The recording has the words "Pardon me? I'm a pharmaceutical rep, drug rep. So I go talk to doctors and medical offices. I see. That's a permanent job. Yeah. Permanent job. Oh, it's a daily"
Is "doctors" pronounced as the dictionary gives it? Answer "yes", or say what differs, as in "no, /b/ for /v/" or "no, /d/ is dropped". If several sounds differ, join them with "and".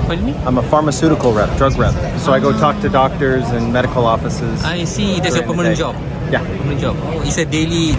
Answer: yes